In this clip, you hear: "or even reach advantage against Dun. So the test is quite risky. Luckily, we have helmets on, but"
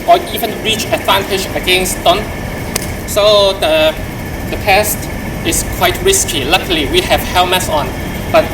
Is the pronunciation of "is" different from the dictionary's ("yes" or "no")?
yes